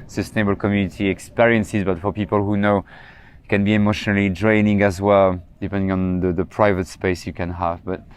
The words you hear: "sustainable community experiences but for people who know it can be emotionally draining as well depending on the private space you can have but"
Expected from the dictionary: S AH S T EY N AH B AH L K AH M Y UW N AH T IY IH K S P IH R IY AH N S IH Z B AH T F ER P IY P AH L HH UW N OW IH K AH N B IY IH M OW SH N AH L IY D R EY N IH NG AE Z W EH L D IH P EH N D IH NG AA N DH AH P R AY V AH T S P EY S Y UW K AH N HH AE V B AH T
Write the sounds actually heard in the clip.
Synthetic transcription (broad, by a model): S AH S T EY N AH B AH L K AH M Y UW N AH T IY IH K S P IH R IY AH N S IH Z B AH T F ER P IY P AH L HH UW N OW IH K AH N B IY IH M OW SH N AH L IY D R EY N IH NG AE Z W EH L D IH P EH N D IH NG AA N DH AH P R AY V AH T S P EY S Y UW K AH N HH AE V B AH T